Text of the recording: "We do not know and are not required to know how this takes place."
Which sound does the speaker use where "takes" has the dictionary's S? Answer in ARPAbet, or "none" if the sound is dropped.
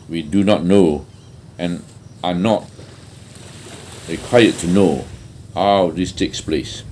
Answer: S